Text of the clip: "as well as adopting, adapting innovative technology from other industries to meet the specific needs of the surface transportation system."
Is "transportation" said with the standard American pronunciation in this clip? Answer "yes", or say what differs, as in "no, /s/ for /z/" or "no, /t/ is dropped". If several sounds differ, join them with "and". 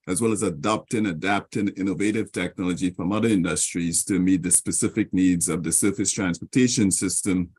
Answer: yes